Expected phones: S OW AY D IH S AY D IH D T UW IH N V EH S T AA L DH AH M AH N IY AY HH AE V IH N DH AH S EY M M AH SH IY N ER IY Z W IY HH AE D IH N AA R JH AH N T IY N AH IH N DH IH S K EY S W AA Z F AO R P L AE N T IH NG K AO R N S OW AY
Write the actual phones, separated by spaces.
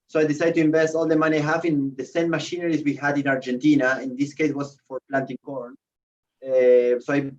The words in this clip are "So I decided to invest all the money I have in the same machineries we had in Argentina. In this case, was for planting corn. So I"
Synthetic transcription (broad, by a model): S OW AY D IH S AY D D T UW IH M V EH S T AA L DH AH M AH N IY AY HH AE F IH N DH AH S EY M M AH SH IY N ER IY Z W IY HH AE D IH N AA R JH AH N T IY N AH IH N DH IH S K EY S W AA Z F AO R P L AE N T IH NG K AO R N S OW AY